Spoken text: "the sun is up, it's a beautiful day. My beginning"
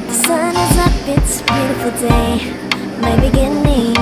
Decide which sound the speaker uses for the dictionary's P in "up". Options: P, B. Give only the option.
B